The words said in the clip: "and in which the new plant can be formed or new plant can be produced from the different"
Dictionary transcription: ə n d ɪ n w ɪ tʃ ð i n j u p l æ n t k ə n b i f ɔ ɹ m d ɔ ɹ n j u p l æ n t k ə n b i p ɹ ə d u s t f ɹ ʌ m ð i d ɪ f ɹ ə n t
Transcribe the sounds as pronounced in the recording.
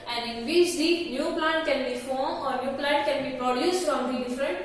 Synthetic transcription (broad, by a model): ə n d ɪ n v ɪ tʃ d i n j u p l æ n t k ə n b i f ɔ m ɔ ɹ n j u p l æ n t k ə n b i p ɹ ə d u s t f ɹ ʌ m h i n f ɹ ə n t